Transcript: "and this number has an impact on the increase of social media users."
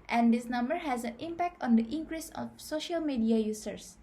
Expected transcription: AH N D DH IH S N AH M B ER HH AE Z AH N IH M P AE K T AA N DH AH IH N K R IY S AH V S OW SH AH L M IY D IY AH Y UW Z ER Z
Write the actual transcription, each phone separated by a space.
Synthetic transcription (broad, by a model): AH N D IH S N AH M B ER HH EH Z AH N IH M P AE K T AA N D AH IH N K R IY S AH F S OW SH AH L M IY D IY AH Y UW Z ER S